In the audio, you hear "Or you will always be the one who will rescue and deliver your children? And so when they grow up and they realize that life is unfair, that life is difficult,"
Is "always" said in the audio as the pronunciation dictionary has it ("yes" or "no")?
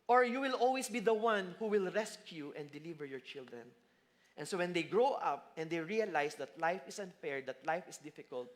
no